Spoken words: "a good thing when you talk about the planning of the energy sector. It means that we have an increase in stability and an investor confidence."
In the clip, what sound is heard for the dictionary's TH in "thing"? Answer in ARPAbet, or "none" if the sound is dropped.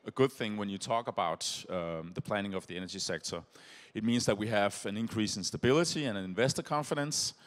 TH